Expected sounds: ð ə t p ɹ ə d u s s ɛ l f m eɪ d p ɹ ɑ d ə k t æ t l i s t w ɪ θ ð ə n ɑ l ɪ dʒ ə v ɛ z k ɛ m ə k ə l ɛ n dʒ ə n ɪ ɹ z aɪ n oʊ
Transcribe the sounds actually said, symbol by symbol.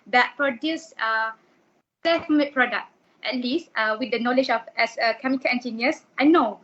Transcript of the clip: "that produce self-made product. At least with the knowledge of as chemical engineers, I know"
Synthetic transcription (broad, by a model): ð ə t p ɹ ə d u s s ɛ f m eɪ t p ɹ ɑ d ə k t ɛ t l i s t w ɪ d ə n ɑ l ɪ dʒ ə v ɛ s k ɛ m ə k ə l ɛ n dʒ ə n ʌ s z aɪ n oʊ